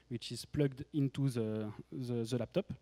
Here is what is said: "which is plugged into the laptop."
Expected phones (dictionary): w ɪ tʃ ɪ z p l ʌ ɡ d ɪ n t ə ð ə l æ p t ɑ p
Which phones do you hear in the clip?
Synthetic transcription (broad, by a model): w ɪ tʃ ɪ z p l ʌ ɡ d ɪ n t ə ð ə l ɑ p t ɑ p